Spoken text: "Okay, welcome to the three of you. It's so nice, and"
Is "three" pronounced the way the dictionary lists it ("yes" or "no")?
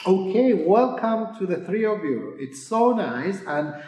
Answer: yes